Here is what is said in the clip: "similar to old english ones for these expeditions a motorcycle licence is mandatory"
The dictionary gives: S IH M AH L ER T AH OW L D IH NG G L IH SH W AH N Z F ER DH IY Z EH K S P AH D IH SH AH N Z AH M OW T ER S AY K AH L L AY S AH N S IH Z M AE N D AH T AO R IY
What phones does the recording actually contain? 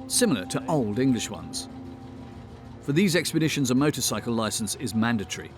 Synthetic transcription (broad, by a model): S IH M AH L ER T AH OW L D IH NG G L IH SH W AH N Z F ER DH IY Z EH K S P AH D IH SH AH N Z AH M OW T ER S AY K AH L L AY S AH N S IH Z M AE N D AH T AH R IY